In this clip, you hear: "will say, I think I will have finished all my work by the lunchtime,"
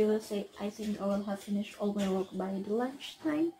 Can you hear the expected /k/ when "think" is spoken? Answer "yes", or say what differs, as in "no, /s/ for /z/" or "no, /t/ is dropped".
yes